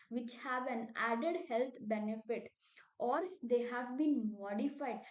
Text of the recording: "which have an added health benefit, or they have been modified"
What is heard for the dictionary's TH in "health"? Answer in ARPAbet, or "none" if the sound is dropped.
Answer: T